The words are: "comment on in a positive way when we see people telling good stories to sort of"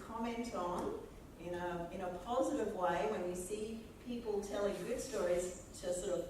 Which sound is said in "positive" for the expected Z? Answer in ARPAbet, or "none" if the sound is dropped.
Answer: Z